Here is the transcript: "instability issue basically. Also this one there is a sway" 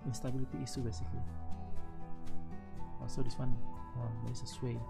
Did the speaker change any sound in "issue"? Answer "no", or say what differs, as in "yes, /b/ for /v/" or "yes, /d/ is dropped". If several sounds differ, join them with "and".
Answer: yes, /s/ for /ʃ/